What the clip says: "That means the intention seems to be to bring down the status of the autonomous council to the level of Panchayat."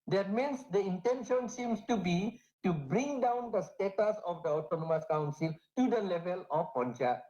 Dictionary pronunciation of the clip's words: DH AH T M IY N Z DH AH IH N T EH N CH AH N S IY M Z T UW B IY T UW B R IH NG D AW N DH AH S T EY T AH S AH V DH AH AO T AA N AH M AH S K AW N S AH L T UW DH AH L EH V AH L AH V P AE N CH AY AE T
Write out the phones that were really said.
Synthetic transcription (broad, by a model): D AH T M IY N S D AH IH N T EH N SH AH N S IY M S T UW B IY T UW B R IH NG D AW N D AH S T EY T AH S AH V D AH AO T AA N AH M AH S K AW N S AH L T UW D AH L EH V AH L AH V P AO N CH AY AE